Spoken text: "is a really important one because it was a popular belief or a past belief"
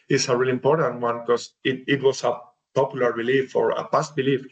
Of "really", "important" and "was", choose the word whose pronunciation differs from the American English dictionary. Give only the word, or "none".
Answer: was